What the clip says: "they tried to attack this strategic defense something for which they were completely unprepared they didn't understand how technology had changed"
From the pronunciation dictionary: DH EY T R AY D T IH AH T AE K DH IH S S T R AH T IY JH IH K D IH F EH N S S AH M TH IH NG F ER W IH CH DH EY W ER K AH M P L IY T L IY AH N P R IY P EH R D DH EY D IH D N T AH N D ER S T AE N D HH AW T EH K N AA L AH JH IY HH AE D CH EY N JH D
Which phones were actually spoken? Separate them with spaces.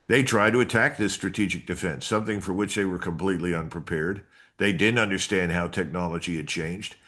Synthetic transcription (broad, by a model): DH EY T R AY D T IH AH T AE K DH IH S S T R AH T IY JH IH K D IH F EH N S S AH M TH IH NG F ER W IH CH DH EY W ER K AH M P L IY T L IY AH N P R IY P EH R D DH EY D IH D N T AH N D ER S T AE N D HH AW T EH K N AA L AH JH IY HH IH D CH EY N JH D